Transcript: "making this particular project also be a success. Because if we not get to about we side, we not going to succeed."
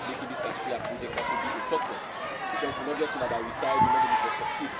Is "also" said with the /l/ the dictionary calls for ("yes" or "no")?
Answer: no